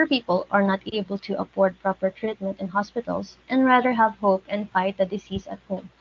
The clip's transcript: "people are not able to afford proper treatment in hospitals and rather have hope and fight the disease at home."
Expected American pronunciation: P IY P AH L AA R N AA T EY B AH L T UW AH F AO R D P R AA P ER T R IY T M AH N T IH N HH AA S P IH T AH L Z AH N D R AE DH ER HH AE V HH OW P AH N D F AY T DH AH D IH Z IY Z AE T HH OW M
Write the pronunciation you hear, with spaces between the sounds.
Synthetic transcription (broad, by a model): P IY P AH L AA R N AA T EY B AH L T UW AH P AO R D P R AA P ER T R IY T M AH N T IH N HH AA S P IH T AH L S AH N D R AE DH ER HH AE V HH OW P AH N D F AY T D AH D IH S IY S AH T HH OW M